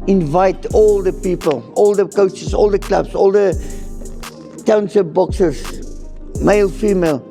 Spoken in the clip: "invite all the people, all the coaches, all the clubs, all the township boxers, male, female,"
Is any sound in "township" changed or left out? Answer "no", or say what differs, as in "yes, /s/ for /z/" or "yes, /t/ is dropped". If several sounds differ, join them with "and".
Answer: yes, /s/ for /ʃ/